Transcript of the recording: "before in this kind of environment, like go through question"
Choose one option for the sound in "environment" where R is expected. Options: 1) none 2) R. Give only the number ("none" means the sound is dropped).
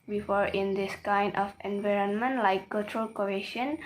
2